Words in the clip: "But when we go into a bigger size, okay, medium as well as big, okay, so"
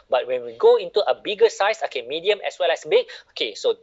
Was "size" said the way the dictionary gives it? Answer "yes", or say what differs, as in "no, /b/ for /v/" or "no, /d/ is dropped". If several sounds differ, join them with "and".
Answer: no, /s/ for /z/